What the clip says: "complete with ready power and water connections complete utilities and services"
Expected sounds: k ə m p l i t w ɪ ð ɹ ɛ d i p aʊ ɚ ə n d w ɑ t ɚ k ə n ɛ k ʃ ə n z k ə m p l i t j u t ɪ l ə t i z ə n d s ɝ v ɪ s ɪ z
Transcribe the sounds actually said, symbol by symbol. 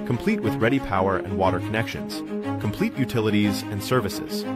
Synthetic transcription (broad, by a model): k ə m p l i t w ɪ ð ɹ ɛ d i p aʊ ɚ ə n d w ɑ t ɚ k ə n ɛ k ʃ ə n z k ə m p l i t j u t ɪ l ə t i z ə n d s ɝ v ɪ s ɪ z